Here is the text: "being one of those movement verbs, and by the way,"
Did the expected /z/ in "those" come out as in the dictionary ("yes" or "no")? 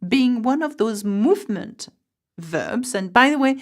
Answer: yes